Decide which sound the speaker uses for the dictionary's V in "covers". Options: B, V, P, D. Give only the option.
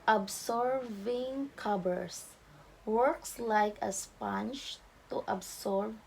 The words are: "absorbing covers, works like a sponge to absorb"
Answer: B